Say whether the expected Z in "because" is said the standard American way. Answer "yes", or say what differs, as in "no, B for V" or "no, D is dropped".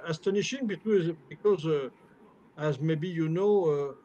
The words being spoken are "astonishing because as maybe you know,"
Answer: yes